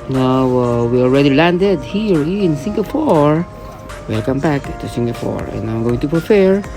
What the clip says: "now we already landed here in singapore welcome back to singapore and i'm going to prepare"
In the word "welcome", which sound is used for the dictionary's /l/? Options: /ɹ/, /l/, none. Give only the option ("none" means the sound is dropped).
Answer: none